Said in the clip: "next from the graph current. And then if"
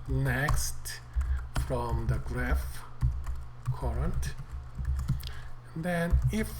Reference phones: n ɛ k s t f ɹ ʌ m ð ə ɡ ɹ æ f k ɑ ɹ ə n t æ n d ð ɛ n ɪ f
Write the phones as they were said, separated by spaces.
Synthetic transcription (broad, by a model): n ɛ k s t f ɹ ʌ m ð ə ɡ ɹ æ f k ɑ ɹ ə n t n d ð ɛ n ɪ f